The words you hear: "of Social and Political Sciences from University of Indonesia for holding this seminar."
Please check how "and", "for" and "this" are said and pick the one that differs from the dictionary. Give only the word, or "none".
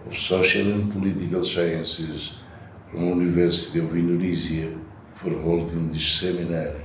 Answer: this